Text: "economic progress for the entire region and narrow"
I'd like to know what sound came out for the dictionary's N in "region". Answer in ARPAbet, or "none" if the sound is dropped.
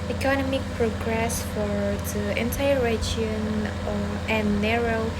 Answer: none